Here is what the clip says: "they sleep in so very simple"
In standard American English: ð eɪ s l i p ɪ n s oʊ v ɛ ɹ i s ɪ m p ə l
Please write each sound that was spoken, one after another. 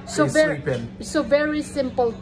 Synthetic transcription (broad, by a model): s ɔ ɪ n s oʊ v ɛ ɹ i s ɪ m p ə l